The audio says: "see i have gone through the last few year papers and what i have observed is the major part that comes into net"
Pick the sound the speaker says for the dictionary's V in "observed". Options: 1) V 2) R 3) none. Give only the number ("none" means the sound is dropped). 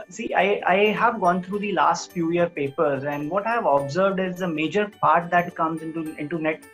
1